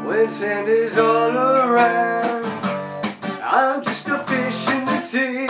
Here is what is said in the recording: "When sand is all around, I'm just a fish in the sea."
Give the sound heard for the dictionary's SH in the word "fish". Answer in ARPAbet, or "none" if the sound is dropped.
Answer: SH